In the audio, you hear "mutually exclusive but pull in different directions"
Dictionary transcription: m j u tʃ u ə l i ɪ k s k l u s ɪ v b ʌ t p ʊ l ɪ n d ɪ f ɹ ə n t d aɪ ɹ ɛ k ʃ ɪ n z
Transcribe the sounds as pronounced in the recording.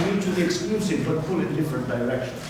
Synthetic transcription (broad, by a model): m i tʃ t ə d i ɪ k s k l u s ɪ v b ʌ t f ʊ l ɪ n d ɪ f ɹ ə n t d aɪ ɹ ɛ k ʃ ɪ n